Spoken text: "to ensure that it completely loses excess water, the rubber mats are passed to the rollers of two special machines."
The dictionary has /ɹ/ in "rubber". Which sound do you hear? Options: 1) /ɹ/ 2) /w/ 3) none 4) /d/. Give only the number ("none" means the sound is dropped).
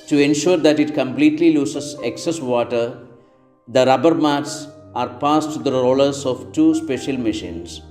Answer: 1